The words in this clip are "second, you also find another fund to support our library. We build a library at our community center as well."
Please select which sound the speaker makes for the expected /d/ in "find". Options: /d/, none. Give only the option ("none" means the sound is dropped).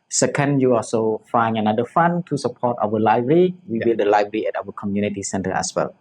none